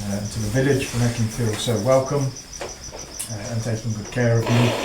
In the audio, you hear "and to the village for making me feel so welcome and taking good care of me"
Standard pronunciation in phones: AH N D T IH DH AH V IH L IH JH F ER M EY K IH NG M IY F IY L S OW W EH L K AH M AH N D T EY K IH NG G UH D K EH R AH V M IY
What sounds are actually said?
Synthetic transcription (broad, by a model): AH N T IH DH AH V IH L IH JH F ER M EY K IH NG F IY L S OW W EH L K AH M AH N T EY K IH G UH D K EH R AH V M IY